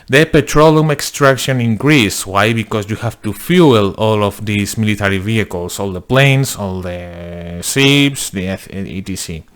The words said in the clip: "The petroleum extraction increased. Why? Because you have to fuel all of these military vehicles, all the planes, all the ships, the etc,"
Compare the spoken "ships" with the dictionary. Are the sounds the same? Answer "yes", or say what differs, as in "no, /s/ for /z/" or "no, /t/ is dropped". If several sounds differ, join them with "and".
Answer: no, /s/ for /ʃ/